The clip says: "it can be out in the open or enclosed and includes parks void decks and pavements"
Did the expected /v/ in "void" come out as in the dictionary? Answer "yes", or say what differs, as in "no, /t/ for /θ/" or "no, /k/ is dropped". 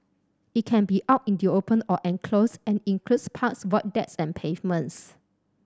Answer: no, /w/ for /v/